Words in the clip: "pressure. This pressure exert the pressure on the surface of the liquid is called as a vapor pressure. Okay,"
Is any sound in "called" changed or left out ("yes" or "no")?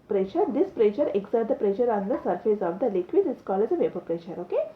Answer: yes